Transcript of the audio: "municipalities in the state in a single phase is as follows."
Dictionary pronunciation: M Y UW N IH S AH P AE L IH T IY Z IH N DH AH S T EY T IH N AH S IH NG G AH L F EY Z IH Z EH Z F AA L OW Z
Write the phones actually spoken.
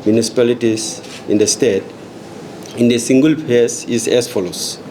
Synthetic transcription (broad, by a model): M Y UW N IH S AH P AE L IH T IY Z IH N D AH S T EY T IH N AH S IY NG G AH L P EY S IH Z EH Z F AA L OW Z